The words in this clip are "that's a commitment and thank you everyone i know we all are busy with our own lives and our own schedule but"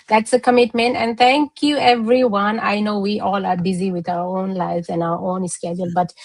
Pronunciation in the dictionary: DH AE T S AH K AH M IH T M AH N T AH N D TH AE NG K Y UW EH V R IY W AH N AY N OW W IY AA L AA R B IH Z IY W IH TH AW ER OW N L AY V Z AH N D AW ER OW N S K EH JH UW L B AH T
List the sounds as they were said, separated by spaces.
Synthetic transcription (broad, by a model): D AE T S AH K AH M IH T M AH N T AH N D T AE NG K Y UW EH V R IY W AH N AY N OW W IY AA L AA R B IH Z IY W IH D AW ER OW N L AY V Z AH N AW ER OW N S K EH JH UW L B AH T